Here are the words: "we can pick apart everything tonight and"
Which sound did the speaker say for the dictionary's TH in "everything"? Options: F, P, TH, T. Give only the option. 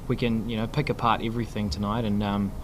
TH